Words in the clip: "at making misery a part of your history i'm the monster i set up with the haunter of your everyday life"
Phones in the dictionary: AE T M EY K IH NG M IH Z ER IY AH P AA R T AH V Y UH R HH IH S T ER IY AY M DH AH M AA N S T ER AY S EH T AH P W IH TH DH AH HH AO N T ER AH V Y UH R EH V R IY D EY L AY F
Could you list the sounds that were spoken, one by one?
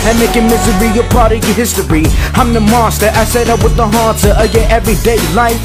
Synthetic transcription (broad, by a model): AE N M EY K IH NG M IH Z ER IY AH P AA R T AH HH IH S T ER IY AY M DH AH M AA S T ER AY S EH T AH P W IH DH AH HH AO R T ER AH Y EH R EH V R IY D EY L AY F